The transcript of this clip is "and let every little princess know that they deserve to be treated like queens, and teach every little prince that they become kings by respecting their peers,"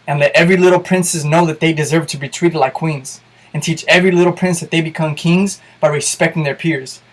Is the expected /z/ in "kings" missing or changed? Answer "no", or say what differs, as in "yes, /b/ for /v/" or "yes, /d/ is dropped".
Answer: no